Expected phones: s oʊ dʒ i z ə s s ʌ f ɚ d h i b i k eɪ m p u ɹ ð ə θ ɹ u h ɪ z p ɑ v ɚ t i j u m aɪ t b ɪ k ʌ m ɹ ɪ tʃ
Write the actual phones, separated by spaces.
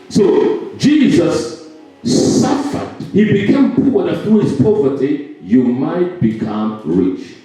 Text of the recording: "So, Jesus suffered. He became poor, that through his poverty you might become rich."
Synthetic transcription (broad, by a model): s oʊ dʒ i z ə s s ʌ f ɚ d h i b i k eɪ m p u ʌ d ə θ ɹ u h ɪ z p ɑ v ɚ t i j u m aɪ t b ɪ k ʌ m ɹ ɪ tʃ